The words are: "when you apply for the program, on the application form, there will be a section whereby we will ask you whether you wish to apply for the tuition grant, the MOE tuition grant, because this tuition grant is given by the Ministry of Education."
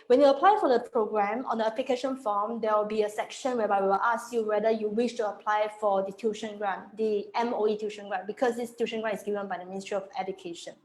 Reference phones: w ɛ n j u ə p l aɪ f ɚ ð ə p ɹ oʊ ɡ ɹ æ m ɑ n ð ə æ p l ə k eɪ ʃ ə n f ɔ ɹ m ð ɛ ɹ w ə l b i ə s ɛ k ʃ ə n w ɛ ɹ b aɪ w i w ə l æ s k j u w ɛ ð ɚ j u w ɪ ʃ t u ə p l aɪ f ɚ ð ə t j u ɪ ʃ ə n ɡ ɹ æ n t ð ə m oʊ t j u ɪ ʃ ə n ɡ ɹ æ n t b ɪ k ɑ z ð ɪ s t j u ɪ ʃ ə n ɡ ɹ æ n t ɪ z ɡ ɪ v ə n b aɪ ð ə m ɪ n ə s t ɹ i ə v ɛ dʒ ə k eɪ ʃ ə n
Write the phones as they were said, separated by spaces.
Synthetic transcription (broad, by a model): w ɛ n j u ə p l aɪ f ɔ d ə p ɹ oʊ ɡ ɹ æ m ɑ n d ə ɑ p l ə k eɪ ʃ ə n f ɔ m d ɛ w ə l b i ə s ɛ k ʃ ə n w ɛ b aɪ w i w ə l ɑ s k j u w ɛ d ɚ j u w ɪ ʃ t u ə p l aɪ f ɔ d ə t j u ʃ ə n ɡ ɹ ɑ n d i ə m oʊ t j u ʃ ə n ɡ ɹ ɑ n b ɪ k ɑ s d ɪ s t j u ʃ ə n ɡ ɹ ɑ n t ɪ s ɡ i v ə n b aɪ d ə m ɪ n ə s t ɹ i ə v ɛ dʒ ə k eɪ ʃ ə n